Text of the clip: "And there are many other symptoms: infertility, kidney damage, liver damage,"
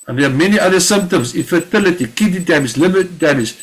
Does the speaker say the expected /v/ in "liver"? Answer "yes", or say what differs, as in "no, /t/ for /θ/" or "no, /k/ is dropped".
no, /b/ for /v/